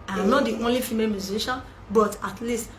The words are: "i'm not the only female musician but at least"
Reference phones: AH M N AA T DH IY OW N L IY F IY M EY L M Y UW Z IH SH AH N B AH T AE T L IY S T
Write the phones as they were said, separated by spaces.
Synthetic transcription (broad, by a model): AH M N AA T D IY OW N L IY F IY M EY M Y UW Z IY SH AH N B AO T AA T L IY S T